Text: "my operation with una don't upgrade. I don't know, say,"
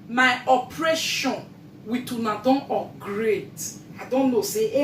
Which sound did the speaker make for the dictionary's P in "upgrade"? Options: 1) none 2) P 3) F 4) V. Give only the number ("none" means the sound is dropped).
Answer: 1